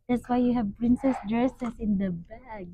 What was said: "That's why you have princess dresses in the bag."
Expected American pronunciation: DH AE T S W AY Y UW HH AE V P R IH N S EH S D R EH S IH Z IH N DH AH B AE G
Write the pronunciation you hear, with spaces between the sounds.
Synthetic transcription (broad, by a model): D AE T S W AY Y UW HH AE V P R IH N S EH S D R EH S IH S IH N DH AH B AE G